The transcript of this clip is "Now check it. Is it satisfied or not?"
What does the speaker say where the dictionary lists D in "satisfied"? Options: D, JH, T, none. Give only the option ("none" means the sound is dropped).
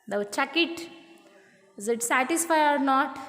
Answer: none